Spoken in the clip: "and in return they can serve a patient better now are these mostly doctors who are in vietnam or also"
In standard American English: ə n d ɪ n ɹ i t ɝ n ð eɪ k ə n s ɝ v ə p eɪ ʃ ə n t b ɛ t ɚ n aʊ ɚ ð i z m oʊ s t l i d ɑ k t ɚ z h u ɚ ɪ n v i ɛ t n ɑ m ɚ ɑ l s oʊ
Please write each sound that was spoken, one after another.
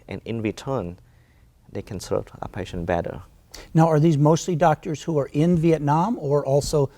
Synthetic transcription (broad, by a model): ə n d ɪ n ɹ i t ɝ n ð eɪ k ə n s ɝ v ə p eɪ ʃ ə n b ɛ t ɚ n aʊ ɚ ð i z m oʊ s t l i d ɑ k t ɚ z h u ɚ ɪ n v i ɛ t n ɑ m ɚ ɑ l s oʊ